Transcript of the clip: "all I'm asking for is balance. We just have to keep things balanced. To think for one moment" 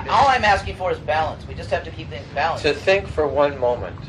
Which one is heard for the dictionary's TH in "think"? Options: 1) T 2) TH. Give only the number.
2